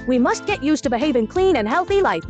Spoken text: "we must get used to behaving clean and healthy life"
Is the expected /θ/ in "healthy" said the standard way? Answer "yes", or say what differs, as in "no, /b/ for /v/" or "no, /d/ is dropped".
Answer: yes